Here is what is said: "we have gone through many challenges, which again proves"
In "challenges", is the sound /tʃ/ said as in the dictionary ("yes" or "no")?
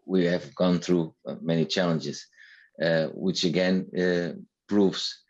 yes